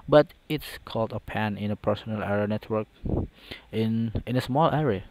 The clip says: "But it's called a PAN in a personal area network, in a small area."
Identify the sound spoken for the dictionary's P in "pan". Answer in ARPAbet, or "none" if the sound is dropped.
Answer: P